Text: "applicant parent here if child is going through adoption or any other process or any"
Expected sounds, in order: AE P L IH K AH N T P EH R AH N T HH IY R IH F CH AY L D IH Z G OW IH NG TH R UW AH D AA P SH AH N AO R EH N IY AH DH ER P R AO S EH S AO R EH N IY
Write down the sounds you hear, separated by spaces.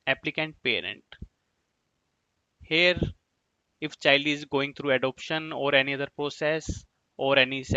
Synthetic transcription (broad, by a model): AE P L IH K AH N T P EH R AH N T HH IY R IH F CH AY L D IH Z G OW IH NG T R UW AH D AA P SH AH N AO R EH N IY AH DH ER P R AO S EH S AO R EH N IY